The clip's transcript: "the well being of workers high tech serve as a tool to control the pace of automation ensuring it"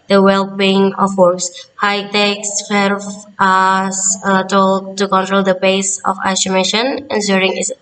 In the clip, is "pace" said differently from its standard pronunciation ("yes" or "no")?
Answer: yes